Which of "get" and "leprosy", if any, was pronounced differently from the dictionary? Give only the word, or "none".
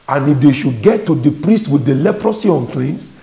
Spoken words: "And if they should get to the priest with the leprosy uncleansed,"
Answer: none